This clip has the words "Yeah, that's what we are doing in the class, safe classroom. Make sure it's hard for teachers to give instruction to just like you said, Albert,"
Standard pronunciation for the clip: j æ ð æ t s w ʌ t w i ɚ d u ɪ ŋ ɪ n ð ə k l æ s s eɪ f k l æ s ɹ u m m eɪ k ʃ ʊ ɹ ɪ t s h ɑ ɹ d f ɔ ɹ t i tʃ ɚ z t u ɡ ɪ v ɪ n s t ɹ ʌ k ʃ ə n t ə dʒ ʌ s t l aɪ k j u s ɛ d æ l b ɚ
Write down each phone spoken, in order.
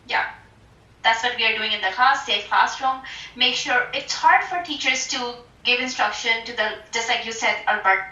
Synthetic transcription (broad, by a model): j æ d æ t s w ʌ t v i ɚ d u ɪ ŋ ɪ n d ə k ɑ s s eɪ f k ɑ s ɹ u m m eɪ k ʃ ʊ ɹ ɪ t s h ɑ ɹ d f ɔ ɹ t i tʃ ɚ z t u ɡ ɪ v ɪ n s t ɹ ʌ k ʃ ə n t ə dʒ ʌ s t l aɪ k j u s ɛ d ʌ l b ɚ